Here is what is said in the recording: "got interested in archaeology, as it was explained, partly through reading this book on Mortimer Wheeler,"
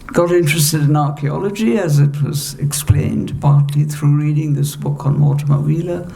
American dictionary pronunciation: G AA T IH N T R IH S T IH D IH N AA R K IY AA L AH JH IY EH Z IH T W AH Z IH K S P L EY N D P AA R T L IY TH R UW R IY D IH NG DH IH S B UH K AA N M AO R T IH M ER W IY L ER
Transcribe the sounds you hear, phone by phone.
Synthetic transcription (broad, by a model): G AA T IH N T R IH S T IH D IH N AA R K IY AA L AH JH IY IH Z IH T W AH Z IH K S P L EY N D P AA R T L IY TH R UW R IY D IH NG DH IH S B UH K N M AO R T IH M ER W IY L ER